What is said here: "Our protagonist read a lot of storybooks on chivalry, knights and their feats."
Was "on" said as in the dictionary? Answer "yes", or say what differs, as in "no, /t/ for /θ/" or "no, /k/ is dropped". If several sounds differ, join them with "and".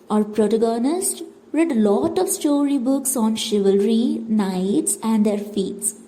yes